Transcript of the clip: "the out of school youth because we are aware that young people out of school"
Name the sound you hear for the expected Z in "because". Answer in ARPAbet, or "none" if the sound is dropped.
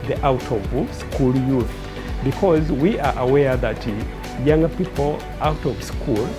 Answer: Z